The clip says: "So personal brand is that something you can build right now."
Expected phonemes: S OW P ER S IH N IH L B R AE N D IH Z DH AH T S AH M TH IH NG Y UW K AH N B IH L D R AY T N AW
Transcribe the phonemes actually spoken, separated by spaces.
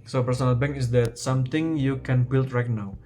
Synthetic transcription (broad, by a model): S OW P ER S IH N IH L B EH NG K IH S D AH T S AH M T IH NG Y UW K AH N B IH L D R AY T N AW